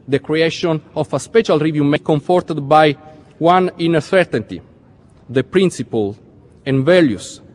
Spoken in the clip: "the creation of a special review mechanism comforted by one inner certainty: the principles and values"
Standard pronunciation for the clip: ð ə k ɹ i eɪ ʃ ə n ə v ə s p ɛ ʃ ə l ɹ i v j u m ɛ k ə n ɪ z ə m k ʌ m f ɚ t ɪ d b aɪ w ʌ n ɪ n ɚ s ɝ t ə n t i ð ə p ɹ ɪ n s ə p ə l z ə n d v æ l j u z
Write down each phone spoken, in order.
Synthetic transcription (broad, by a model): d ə k ɹ i eɪ ʃ ə n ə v ə s p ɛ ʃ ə l ɹ i v j u m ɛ k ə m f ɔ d t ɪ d b aɪ w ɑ n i n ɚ s ɝ t ə n t i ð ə p ɹ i n s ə p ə l ə n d v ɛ l j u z